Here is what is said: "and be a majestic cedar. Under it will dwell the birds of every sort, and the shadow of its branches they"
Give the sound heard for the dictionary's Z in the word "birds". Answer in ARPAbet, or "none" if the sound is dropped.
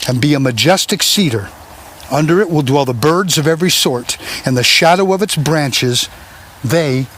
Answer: Z